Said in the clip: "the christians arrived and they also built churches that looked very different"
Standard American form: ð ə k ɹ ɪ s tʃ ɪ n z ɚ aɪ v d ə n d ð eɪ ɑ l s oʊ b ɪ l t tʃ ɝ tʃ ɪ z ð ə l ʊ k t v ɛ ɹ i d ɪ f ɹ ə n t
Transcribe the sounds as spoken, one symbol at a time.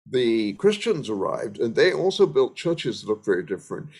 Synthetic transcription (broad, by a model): ð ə k ɹ ɪ s tʃ ɪ n z ɚ aɪ v d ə n ð eɪ ɑ l s oʊ b ɪ l t tʃ ɝ tʃ ɪ z ð ə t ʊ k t v ɛ ɹ i d ɪ f ɹ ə n t